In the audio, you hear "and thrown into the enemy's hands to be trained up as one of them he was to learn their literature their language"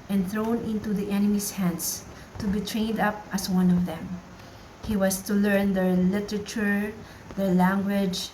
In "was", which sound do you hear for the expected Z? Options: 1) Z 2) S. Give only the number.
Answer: 2